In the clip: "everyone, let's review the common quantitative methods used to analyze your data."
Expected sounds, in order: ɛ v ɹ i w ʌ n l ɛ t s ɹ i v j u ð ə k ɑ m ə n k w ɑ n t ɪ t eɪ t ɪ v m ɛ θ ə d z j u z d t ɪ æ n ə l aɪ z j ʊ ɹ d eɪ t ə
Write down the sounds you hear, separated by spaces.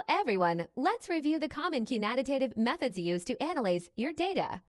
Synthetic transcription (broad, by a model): ɛ v ɹ i w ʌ n l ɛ t s ɹ i v j u ð ə k ɑ m ə n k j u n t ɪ t eɪ t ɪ v m ɛ θ ə d z j u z t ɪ æ n ə l aɪ z j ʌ ɹ d eɪ t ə